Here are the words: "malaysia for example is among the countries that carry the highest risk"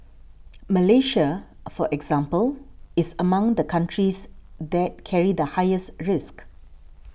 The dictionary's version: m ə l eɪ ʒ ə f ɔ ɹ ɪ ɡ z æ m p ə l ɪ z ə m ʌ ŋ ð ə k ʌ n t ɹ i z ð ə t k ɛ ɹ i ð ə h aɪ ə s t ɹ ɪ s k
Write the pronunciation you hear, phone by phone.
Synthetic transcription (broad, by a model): m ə l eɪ ʃ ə f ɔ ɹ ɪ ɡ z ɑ m p ə l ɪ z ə m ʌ ŋ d ə k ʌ n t ɹ i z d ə t k ɛ ɹ i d ə h aɪ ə s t ɹ ɪ s k